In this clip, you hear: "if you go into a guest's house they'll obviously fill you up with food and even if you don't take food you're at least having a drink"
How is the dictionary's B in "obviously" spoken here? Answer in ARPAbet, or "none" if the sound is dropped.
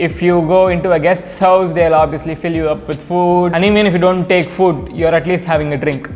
B